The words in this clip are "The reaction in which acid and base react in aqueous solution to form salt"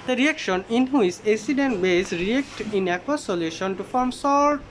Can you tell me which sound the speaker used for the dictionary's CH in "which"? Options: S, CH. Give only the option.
S